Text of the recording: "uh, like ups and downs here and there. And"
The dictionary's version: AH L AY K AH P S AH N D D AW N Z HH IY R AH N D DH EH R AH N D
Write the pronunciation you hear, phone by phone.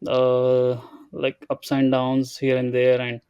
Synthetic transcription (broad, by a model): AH L AY K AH P S AH N D D AW N Z HH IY R AH N D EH R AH N D